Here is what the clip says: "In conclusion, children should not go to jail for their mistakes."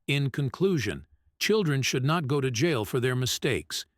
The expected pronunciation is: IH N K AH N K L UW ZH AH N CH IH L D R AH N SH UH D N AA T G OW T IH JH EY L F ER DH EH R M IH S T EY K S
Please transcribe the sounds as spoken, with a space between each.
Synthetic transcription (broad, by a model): IH N K AH N K L UW ZH AH N CH IH L D R AH N SH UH D N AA T G OW T IH JH EY L F ER DH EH R M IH S T EY K S